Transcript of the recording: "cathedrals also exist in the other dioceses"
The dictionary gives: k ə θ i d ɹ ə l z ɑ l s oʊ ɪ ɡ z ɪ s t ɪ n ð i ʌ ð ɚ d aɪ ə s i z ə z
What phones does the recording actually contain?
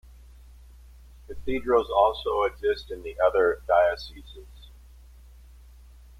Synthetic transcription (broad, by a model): k ə θ i d ɹ ə l z ɑ l s oʊ ɪ ɡ z ɪ s t ɪ n ð i ʌ ð ɚ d aɪ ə s i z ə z